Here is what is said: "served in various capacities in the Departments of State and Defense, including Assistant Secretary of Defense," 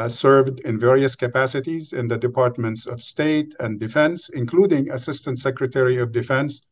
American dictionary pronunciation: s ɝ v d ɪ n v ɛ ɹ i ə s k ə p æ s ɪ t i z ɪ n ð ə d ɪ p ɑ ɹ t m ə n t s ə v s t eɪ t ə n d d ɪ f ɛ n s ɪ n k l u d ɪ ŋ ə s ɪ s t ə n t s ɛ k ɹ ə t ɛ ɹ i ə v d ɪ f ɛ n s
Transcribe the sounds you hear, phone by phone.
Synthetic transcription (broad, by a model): s ɝ v d ɪ n v ɛ ɹ i ə s k ə p æ s ɪ t i z ɪ n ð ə d ɪ p ɑ ɹ t m ə n t s ə v s t eɪ t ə n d d ɪ f ɛ n s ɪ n k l u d ɪ ŋ ə s ɪ s t ə n t s ɛ k ɹ ə t ɛ ɹ i ə v d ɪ f ɛ n s